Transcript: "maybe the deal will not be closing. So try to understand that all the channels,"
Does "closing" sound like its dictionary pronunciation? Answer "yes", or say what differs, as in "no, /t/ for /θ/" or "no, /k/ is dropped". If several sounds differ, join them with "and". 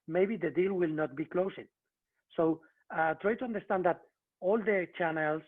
no, /s/ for /z/